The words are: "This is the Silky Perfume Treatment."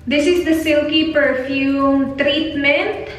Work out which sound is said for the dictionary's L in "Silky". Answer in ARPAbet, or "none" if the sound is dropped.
L